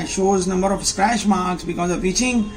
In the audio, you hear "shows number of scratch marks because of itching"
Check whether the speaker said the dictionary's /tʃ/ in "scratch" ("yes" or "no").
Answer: no